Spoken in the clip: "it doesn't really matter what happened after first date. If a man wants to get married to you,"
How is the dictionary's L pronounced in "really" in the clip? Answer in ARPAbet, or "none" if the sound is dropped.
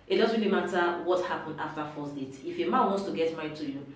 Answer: L